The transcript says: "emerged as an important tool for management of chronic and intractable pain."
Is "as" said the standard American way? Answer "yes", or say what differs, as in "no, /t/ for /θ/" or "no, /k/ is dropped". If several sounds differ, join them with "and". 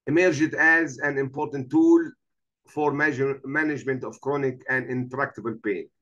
yes